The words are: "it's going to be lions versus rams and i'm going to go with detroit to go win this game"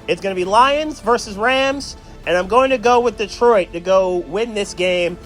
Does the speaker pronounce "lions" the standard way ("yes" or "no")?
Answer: yes